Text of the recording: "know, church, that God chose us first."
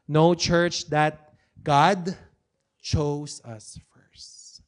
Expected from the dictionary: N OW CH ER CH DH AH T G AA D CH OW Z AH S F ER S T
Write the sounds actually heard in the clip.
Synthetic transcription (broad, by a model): N OW CH ER CH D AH T G AA D CH OW S AH S F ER S T